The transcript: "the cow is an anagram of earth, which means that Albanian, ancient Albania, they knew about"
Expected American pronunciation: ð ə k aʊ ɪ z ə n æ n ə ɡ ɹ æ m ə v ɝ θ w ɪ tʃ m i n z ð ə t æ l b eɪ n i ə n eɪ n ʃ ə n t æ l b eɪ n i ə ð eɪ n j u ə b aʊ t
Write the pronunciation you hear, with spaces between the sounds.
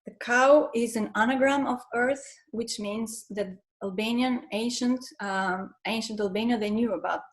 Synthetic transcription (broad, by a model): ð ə k aʊ ɪ z ə n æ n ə ɡ ɹ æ m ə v ɝ θ w ɪ tʃ m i n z ð ə t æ l b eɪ n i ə n eɪ n ʃ ə n t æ l b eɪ n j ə ð eɪ n j u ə b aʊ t